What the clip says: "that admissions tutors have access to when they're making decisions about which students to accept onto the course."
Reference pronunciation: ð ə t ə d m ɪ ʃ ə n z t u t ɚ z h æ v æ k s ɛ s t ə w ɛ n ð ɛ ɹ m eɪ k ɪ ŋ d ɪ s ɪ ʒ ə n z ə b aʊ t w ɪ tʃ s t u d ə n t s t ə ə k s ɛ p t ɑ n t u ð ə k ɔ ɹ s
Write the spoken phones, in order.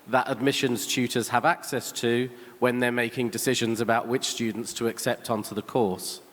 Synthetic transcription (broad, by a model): ð ə t ə d m ɪ ʃ ə n z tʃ u t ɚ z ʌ v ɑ k s ɛ s t ə w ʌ n ð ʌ m eɪ k ɪ ŋ d ɪ s ɪ ʒ ə n z ə b aʊ t w ɪ tʃ s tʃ u d n t s t ə ə k s ɛ p t ɑ n t u ð ə k ɔ s